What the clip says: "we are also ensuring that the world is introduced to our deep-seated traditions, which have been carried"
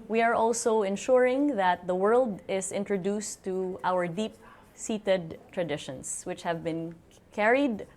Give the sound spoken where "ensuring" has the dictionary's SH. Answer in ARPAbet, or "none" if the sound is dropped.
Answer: SH